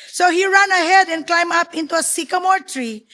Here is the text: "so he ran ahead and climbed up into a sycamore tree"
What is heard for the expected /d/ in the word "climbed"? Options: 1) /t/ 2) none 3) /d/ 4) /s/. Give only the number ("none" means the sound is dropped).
2